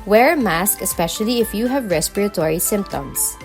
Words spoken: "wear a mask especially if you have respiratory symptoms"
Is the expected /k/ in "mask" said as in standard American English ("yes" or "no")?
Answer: yes